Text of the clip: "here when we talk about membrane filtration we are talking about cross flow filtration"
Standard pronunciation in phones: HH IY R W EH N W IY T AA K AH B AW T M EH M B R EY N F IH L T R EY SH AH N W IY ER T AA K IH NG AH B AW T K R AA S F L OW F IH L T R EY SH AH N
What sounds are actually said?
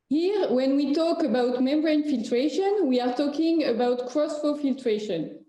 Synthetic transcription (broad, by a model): HH IY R W EH N W IY T AA K AH B AW T M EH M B R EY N F IH L T R EY SH AH N W IY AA T AA K IH NG AH B AW T K R AA S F OW F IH L T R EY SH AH N